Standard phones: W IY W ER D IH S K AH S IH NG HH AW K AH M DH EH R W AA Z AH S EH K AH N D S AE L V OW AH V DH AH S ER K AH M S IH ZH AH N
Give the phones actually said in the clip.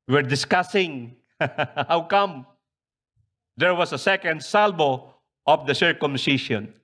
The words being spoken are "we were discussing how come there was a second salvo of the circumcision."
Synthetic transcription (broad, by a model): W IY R D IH S K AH S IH NG HH AW K AH M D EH R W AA S AH S EH K AH N D S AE L B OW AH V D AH S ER K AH M S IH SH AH N